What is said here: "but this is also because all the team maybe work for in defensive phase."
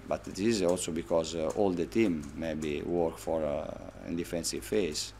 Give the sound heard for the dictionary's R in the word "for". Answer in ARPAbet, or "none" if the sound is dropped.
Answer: R